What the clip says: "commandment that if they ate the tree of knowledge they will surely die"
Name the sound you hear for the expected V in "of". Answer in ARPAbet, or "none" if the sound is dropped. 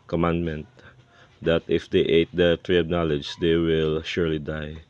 B